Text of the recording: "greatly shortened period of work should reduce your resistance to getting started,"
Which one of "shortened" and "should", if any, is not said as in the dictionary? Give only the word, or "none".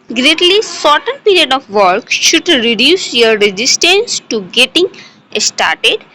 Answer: shortened